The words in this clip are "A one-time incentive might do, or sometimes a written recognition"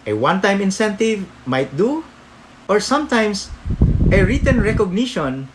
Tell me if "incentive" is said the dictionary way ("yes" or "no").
yes